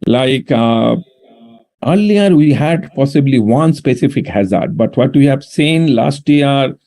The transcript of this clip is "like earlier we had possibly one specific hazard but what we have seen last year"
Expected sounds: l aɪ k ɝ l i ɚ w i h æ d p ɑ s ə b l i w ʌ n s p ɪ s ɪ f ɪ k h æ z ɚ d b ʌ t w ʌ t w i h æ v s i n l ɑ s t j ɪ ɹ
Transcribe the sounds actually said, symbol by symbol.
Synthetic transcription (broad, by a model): l aɪ k ɝ l i ɚ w i h æ d p ɑ s ə b l i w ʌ n s p ɪ s ɪ f ɪ k h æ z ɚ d b ʌ t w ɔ t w i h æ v s i n l ɑ s t j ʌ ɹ